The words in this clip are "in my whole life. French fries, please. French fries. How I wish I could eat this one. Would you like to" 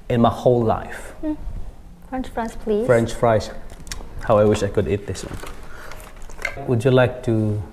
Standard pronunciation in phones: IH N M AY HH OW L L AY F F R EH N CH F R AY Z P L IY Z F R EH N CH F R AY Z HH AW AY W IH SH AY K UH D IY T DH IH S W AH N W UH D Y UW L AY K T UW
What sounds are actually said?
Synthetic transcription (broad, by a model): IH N M AY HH OW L L AY F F R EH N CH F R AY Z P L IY F R EH N CH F R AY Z HH AW AY W IH SH AY K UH D IY T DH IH S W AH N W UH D Y UW L AY K T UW